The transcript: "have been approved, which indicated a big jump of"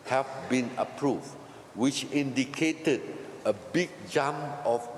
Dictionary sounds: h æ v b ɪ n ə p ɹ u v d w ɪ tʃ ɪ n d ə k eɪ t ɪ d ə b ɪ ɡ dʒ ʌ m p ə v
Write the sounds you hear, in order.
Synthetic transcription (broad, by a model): h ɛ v b ɪ n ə p ɹ u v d w ɪ tʃ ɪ n d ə k eɪ t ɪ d ə b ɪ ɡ dʒ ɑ m ə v